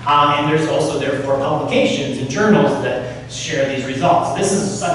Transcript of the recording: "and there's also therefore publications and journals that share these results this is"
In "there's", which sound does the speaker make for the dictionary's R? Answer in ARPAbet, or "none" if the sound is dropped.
R